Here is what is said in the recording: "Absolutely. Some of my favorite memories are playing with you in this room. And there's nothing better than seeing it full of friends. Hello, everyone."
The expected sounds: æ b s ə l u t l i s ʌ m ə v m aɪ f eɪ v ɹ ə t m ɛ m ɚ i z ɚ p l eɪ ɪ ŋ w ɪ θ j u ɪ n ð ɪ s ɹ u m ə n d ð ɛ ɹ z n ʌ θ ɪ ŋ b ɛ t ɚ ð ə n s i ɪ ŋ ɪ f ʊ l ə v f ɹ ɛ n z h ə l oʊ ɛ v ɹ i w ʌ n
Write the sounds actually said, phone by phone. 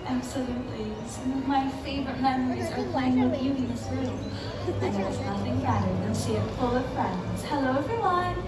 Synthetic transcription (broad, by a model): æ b s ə l u t l i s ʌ m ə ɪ f eɪ v ɹ ə t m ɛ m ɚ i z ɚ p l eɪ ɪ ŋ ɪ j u ɪ n ð ɪ s ɹ u m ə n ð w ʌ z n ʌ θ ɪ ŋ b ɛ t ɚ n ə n ʃ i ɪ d f ʊ l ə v f ɹ ɛ n z h ə l oʊ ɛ v ɹ i w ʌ n